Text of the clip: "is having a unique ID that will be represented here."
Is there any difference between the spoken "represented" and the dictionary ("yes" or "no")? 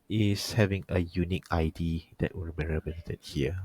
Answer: yes